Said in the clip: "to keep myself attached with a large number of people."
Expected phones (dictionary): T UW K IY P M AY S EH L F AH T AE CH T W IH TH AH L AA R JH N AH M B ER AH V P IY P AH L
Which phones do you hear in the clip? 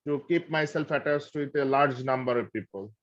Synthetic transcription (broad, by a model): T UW K IY P M AY S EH L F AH T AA S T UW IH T AH L AA R JH N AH M B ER AH V P IY P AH L